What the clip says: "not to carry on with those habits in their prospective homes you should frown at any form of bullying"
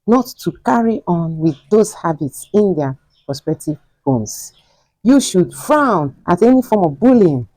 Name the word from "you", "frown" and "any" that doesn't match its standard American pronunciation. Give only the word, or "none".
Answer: none